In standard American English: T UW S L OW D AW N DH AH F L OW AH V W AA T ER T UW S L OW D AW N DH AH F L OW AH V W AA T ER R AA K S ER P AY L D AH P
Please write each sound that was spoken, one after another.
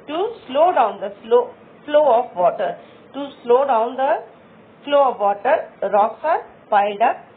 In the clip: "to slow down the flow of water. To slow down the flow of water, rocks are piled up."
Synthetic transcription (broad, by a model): T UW S L OW D AW N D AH F L OW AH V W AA T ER T UW S L OW D AW N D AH F L OW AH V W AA T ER R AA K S ER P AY D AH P